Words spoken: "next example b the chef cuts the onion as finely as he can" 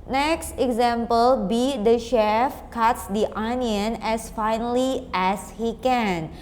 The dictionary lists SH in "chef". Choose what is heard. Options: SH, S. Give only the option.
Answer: SH